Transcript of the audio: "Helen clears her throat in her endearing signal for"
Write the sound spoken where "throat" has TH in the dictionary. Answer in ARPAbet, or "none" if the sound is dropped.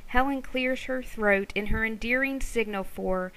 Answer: TH